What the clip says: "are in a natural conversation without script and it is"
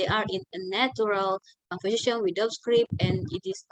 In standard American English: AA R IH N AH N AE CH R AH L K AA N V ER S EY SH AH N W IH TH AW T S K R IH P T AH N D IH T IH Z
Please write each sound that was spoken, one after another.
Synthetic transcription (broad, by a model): AA R IH N AH N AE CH R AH L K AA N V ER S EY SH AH N W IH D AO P S K R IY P AH N IH T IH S